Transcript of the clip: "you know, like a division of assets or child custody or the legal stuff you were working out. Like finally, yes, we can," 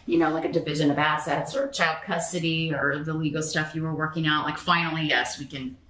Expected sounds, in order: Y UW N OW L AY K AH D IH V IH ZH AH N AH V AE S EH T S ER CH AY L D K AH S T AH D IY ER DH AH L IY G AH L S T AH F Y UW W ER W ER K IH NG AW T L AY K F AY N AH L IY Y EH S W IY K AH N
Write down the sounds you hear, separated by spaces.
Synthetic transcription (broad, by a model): Y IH N OW L AY K AH D IH V IH ZH AH N AH V AE S EH T S ER CH AY L D K AH S T AH D IY ER DH AH L IY G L S T AH F Y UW W ER W ER K IH NG AW T L AY K F AY N L IY Y EH S W IY K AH N